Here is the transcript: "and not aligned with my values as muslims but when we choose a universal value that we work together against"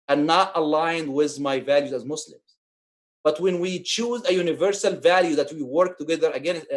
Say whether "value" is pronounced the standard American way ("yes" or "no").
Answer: yes